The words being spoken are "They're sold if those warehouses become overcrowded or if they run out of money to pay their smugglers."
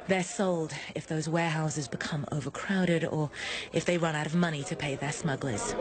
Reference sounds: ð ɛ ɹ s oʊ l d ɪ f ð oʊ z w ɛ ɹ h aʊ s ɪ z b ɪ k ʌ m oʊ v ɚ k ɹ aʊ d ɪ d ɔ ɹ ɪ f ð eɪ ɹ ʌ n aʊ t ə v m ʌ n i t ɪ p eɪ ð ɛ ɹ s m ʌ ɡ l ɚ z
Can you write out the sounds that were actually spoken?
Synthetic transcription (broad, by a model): ð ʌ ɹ s oʊ l d ɪ f ð oʊ z w ɛ h aʊ s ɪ z b ɪ k ʌ m oʊ v ɚ k ɹ aʊ d ɪ d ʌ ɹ ɪ f ð eɪ ɹ ʌ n aʊ t ə v m ʌ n i t ɪ p eɪ ð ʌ ɹ s m ʌ ɡ l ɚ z